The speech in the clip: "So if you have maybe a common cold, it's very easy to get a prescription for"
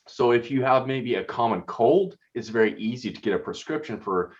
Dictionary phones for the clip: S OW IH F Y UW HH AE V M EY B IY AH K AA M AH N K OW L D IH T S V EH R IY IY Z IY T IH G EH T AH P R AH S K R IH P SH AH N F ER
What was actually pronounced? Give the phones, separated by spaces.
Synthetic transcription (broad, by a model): S OW IH F Y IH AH V M EY B IY AH K AA M AH N K OW L D IH T S V EH R IY IY Z IY T IH G EH T AH P R AH S K R IH P SH AH N F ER